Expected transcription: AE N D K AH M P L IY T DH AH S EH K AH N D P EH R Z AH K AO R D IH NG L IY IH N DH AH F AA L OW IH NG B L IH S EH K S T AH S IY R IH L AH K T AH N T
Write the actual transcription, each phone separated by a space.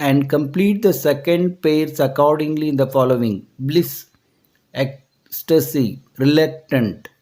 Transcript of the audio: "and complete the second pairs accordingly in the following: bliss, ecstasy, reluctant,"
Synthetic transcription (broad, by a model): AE N D K AH M P L IY T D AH S EH K AH N D P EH R S AH K AO R D IH NG L IY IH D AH F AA L OW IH NG B L IH S EH K S T AH S IY R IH L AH K T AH N T